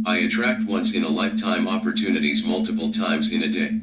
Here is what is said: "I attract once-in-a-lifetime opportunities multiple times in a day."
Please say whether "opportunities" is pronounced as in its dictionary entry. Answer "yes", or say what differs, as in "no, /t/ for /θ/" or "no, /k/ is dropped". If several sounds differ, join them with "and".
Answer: yes